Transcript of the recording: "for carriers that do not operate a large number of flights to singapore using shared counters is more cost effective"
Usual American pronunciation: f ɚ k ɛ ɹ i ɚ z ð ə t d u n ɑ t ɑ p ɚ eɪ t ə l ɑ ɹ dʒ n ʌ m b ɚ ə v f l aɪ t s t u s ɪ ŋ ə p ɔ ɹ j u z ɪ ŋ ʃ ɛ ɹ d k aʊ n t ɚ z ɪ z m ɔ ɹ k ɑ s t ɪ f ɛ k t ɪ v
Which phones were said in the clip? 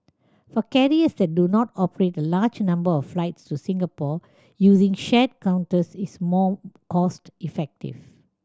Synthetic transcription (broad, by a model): f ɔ k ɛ ɹ i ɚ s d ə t d u n ɑ t ɑ p ɚ eɪ t ə l ɑ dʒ n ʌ m b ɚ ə f f l aɪ t s t u s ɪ ŋ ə p ɔ j u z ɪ ŋ ʃ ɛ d k aʊ n t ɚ s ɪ s m ɔ k ɑ s t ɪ f ɛ k t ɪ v